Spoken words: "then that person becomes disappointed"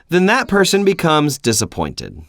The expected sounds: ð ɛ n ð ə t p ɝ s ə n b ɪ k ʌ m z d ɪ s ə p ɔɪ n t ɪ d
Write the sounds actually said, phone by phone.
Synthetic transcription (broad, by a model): ð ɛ n ð ə t p ɝ s ə n b ɪ k ʌ m z d ɪ s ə p ɔɪ n t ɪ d